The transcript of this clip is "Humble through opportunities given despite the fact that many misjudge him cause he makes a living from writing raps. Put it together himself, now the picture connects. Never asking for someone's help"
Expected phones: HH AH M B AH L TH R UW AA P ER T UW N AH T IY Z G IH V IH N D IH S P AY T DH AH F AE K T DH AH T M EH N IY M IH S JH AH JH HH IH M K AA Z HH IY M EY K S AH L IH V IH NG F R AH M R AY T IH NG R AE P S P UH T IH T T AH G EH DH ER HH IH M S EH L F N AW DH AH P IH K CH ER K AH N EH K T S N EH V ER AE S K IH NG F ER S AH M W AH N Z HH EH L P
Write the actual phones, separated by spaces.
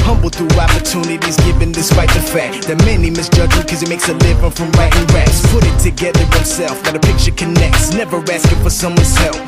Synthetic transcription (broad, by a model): HH AH M B L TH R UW AA P ER T UW N AH T IY Z G IH V IH N D IH S P AY T DH AH F AE K T DH AH T M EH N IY M IH S JH AH JH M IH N K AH Z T M EY K S AH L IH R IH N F R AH M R AY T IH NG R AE S P UH T IH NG T AH G EH DH ER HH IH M S EH L F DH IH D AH P IH K CH ER K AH N EH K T S N EH V ER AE S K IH F ER S AH M W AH N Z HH EH L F